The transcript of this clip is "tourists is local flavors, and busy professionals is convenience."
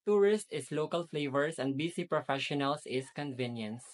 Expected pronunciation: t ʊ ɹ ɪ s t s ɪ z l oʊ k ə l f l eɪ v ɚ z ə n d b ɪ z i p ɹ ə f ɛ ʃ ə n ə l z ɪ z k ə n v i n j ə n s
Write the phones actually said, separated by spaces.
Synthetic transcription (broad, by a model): t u ɹ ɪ s t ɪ s l oʊ k ə l f l eɪ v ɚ s ə n d b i s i p ɹ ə f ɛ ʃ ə n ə l s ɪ s k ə n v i n j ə n s